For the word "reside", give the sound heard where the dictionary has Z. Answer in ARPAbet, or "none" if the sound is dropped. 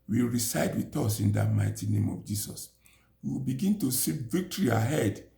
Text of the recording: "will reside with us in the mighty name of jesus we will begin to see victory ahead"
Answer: S